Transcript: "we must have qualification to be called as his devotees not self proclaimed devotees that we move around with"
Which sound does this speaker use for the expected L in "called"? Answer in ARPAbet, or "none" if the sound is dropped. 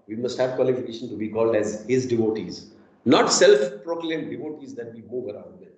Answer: L